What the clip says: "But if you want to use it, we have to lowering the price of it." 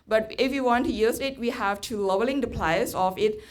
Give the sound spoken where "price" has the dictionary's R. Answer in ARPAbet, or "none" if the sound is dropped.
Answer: L